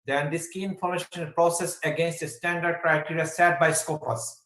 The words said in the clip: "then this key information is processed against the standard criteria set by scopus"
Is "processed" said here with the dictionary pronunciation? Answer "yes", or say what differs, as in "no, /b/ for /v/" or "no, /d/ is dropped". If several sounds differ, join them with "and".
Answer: no, /t/ is dropped